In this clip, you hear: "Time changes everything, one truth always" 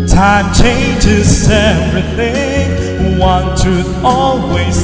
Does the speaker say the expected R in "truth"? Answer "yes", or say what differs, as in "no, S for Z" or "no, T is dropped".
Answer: no, R is dropped